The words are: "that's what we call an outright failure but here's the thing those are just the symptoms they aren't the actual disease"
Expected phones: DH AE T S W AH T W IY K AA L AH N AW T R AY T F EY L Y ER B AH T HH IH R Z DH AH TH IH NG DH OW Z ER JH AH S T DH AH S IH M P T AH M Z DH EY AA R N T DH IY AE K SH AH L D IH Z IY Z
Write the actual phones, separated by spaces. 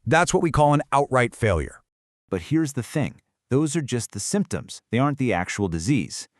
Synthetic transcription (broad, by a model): DH AE T S W AH T W IY K AA L AH N AW T R AY T F EY L Y ER B AH T HH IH R Z DH AH TH IH NG DH OW Z ER JH AH S T DH AH S IH M P T AH M Z DH EY AA R N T DH IY AE K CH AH L D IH Z IY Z